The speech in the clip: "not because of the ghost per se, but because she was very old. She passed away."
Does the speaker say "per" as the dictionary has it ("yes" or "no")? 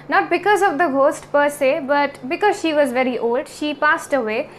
yes